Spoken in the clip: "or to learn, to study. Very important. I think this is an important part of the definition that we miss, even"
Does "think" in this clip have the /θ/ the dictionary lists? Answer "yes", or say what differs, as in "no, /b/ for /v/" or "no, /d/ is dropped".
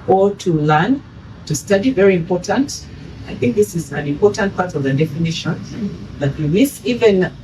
yes